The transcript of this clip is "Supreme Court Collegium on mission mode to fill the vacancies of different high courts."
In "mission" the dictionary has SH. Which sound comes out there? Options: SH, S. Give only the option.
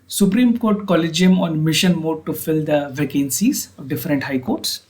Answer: SH